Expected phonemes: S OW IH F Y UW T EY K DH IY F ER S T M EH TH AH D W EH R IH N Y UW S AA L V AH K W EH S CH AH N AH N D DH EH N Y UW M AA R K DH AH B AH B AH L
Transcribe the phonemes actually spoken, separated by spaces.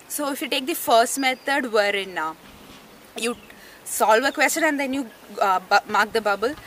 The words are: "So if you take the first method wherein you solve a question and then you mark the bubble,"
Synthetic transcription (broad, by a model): S OW IH F Y UW T EY K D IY F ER S T M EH T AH D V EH R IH N Y UW S AA L V AH K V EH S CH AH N AH N D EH N Y UW M AA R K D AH B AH B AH L